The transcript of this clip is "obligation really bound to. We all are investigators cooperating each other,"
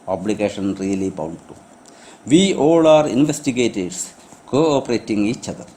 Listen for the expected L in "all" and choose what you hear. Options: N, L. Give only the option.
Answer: L